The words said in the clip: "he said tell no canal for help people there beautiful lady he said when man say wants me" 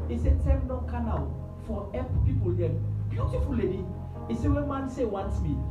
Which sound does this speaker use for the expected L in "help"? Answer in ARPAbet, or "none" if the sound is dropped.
none